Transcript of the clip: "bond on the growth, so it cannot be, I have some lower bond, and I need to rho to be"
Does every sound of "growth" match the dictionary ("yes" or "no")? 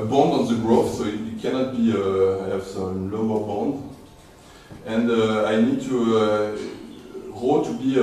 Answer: no